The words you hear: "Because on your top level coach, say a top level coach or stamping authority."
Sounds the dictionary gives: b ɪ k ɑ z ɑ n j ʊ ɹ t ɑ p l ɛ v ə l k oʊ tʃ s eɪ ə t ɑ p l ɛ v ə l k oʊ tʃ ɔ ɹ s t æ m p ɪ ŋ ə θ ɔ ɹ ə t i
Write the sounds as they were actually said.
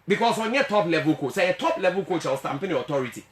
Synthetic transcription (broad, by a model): b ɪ k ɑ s ɑ n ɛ t ɑ p l ɛ v ə l k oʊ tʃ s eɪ ə t ɑ p l ɛ v ə l k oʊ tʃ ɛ l s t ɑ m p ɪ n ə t ɔ ɹ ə t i